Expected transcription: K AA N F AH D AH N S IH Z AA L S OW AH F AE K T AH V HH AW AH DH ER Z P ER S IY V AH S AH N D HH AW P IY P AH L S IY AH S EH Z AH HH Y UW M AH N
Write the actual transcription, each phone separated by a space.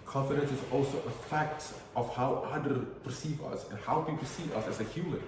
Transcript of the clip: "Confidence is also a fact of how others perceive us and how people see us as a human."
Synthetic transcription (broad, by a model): K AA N F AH D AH N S IH Z AA L S OW AH F AE K T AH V HH AW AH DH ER P ER S IY V AH S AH N HH AW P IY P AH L S IY AH S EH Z AH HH Y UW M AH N